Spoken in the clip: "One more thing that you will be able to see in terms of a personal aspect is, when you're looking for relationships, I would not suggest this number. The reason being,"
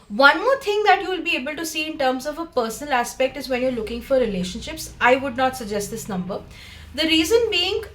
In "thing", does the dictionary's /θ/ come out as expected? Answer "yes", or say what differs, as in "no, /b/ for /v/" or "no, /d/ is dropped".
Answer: no, /t/ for /θ/